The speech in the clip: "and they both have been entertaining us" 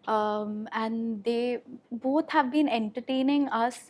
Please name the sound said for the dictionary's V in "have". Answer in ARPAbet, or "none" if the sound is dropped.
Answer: V